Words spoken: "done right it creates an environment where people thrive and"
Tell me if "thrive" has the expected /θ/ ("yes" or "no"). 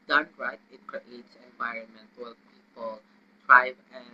no